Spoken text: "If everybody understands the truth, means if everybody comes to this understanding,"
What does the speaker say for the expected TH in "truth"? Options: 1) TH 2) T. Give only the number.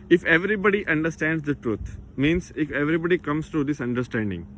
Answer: 2